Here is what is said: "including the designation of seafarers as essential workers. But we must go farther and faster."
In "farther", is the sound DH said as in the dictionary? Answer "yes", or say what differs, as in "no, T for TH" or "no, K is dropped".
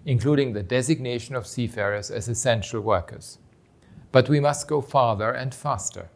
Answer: yes